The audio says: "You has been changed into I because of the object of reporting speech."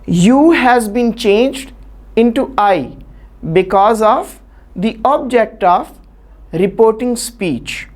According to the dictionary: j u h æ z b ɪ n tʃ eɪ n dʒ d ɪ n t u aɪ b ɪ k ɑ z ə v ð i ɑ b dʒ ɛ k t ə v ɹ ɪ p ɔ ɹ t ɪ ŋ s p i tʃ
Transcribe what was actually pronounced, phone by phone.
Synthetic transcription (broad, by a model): j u h æ z b ɪ n tʃ eɪ n dʒ d ɪ n t u aɪ b ɪ k ɑ z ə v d i ɑ b dʒ ɛ k t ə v ɹ ɪ p ɔ ɹ t ɪ ŋ s p i tʃ